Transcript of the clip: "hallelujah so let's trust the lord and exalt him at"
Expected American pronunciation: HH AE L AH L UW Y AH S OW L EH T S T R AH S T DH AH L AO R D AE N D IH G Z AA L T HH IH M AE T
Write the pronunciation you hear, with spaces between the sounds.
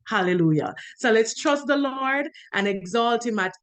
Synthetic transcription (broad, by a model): HH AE L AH L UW Y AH S OW L EH T S T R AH S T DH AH L AO R D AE N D IH G Z AA L T HH IH M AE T